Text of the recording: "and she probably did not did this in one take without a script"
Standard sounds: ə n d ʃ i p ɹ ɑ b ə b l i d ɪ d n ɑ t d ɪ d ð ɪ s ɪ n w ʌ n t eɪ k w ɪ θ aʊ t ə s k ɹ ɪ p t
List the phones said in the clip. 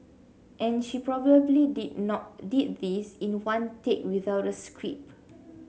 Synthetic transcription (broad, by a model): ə n ʃ i p ɹ ɑ b ə b l i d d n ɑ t d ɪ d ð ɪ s ɪ n w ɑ n t eɪ k w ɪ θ aʊ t ə s k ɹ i p